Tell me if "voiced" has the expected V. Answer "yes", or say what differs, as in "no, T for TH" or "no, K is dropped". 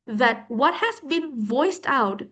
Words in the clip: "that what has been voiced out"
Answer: yes